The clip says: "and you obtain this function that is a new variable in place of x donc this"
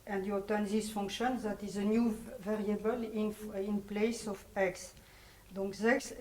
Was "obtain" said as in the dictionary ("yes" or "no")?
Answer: no